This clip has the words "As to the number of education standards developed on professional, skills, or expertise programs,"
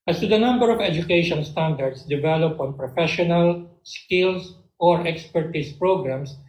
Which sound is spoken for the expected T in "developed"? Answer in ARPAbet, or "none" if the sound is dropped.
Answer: none